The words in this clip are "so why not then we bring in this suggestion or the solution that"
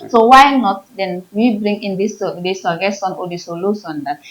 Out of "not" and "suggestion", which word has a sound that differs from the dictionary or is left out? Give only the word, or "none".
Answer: suggestion